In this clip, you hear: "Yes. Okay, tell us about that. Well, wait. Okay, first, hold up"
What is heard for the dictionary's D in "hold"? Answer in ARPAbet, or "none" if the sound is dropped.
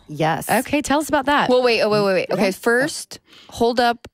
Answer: D